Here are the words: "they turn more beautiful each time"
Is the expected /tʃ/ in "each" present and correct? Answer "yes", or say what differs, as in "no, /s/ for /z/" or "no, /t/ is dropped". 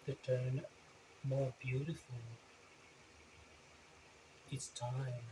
no, /s/ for /tʃ/